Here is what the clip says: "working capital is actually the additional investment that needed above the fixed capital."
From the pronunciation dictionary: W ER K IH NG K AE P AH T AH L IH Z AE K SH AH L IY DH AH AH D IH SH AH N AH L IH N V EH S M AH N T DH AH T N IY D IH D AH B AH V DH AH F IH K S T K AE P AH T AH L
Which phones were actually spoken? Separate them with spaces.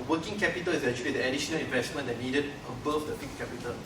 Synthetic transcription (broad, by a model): W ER K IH NG K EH P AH T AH L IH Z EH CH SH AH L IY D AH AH D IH SH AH N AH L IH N V EH S M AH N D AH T N IY D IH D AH B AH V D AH P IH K K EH P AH T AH L